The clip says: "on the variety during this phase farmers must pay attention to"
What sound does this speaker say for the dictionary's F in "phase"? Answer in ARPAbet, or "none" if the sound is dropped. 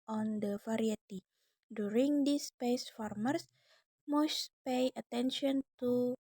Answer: P